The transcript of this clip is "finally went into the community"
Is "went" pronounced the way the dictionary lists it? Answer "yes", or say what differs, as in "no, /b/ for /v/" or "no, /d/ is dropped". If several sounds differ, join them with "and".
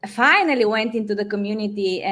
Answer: yes